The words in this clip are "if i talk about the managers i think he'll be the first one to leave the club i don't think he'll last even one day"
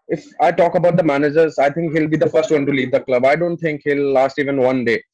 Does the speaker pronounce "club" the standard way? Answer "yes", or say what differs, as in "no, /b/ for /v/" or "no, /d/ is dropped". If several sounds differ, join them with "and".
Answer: yes